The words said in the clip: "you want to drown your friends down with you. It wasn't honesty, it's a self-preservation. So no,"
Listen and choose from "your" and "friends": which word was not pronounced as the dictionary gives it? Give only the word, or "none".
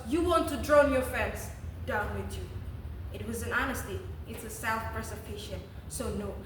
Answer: friends